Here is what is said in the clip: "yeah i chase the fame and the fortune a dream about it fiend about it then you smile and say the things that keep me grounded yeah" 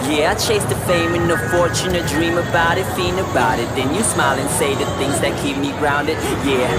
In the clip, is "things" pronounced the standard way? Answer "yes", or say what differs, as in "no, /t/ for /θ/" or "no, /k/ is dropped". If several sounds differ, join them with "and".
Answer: yes